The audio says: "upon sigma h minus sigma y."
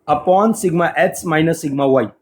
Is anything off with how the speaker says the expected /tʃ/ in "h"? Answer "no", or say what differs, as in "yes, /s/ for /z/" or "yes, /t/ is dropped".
yes, /s/ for /tʃ/